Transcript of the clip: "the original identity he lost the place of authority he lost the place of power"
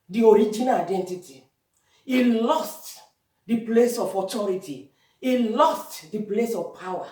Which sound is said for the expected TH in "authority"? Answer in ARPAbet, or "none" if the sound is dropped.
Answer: T